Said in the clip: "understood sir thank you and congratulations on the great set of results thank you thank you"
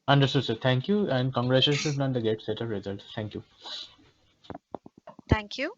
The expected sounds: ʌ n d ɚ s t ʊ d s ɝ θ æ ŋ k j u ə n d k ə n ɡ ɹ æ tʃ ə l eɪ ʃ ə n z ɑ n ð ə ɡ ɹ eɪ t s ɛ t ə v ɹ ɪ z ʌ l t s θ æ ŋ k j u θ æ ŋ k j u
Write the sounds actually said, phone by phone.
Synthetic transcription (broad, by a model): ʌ n d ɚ s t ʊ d s ɝ t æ ŋ k j u ə n d k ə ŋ ɡ ɹ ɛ ʃ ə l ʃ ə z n ɑ n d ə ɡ eɪ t s ɛ t ə v ɹ ɪ z ʌ l t s t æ ŋ k j u t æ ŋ k j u